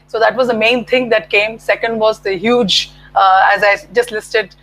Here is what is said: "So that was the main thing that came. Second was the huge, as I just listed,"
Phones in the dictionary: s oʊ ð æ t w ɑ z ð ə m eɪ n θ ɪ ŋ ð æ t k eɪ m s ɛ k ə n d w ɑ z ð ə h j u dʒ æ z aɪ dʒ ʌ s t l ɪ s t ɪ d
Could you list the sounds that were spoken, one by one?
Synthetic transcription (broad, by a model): s oʊ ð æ t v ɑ z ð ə m eɪ n t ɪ ŋ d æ t k eɪ m s ɛ k ə n d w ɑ z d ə h j u dʒ æ z aɪ dʒ ʌ s t l ɪ s t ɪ d